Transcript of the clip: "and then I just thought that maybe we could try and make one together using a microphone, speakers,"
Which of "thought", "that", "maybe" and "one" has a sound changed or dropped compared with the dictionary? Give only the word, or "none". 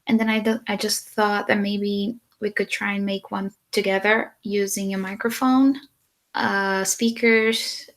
none